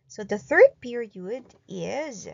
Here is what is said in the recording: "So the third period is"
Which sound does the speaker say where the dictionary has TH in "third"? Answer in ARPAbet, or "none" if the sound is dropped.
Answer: TH